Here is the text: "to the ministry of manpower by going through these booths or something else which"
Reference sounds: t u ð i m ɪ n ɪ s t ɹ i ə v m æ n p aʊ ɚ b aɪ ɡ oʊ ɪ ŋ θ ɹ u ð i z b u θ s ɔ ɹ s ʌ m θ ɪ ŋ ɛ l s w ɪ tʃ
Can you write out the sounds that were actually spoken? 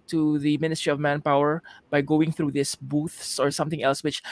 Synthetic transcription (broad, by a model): t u ð i m ɪ n ɪ s t ɹ i ə v m æ n p aʊ ɚ b aɪ ɡ oʊ ɪ ŋ θ ɹ u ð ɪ s b u θ s ɔ ɹ s ʌ m θ ɪ ŋ ɛ l s w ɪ tʃ